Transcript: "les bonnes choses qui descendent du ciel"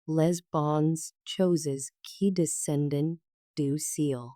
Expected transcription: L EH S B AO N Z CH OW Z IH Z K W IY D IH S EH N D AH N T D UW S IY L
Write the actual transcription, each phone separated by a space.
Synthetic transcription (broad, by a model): L EH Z B AO N Z CH OW Z IH Z K IY D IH S EH N D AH N D UW S IY L